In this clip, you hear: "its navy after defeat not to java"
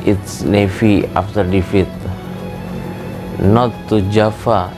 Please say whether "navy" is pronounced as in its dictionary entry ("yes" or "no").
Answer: no